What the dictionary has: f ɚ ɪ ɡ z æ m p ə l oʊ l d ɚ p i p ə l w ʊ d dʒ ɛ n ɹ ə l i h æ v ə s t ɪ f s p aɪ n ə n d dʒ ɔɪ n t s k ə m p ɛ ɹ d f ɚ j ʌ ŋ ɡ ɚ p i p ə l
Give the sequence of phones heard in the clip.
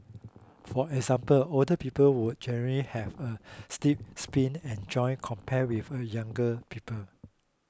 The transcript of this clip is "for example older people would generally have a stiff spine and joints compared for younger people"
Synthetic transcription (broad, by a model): f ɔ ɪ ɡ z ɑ m p ə l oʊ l d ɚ p i p ə l w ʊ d dʒ ɛ n ɹ ə l i h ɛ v ə s t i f s p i n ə n dʒ ɔɪ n k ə m p ɛ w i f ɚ j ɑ ŋ ɡ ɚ p i p ə l